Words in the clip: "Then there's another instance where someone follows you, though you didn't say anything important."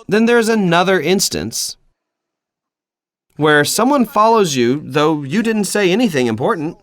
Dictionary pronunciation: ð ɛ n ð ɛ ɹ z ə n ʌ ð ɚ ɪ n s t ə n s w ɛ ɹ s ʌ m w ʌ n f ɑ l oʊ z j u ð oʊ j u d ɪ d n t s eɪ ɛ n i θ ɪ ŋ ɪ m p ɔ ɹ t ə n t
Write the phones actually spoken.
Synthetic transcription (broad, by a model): ð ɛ n ð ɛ ɹ z ə n ʌ ð ɚ ɪ n s t ə n s w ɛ ɹ s ʌ m w ʌ n f ɑ l oʊ z j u ð oʊ j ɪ d ɪ d n t s eɪ ɛ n i θ ɪ ŋ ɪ m p ɔ ɹ t n t